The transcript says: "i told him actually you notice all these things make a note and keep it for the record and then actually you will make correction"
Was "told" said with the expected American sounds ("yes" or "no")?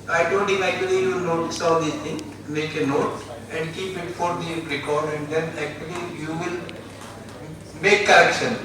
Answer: no